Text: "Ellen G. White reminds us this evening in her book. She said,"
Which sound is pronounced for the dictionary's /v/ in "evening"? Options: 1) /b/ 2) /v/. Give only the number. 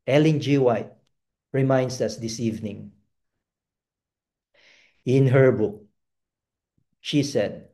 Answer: 2